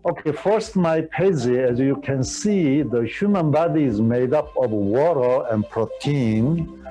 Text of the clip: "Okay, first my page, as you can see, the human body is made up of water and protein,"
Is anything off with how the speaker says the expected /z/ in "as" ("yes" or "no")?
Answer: no